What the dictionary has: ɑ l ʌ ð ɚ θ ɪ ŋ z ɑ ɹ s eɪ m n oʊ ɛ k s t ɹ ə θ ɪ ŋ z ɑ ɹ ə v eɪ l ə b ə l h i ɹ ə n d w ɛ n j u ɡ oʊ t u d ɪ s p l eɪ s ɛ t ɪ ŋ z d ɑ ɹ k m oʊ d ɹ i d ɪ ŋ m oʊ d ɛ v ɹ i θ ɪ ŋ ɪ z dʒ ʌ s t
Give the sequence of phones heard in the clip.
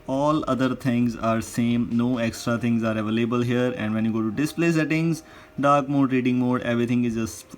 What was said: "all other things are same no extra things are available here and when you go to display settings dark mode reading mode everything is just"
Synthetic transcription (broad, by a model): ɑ l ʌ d ɚ t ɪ ŋ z ɑ ɹ s eɪ m n oʊ ɛ k s t ɹ ə t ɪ ŋ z ɑ ɹ ə v eɪ l ə b ə l h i ɹ ə n d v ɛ n j u ɡ oʊ t u d ɪ s p l eɪ s ɛ t ɪ ŋ z d ɑ ɹ k m oʊ d ɹ i d ɪ ŋ m oʊ d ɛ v ɹ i t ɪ ŋ ɪ z dʒ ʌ s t